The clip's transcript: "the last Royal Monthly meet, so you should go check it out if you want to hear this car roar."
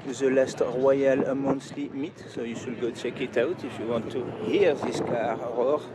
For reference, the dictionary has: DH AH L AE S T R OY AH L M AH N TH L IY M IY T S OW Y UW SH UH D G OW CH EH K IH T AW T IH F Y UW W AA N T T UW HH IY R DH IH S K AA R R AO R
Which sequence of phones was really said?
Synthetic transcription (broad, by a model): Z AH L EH S T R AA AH L M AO N S L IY M IY T S OW Y UW S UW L G OW CH EH K IH T AW T IH F Y UW W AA N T T UW HH IY R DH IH S K AA R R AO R